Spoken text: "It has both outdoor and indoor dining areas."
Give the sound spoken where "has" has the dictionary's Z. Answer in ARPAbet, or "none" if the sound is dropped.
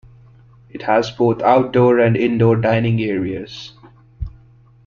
Z